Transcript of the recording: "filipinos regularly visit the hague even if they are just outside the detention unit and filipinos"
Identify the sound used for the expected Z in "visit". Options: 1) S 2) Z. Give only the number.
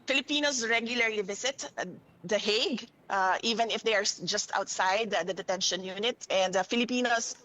1